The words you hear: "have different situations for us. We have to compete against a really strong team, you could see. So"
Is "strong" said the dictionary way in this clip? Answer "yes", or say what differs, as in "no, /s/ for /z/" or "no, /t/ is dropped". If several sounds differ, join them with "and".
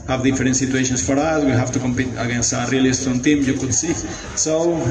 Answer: no, /ɹ/ is dropped